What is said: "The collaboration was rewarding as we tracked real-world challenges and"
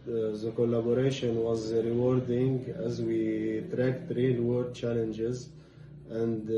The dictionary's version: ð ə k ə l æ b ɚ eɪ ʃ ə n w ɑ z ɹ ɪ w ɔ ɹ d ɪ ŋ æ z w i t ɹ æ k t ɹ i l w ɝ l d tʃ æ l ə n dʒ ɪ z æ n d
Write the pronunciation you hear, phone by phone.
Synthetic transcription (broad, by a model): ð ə k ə l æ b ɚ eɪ ʃ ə n w ɑ z ɹ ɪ w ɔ ɹ d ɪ ŋ æ z w i t ɹ æ k t ɹ i l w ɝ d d tʃ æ l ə n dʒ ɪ z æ n d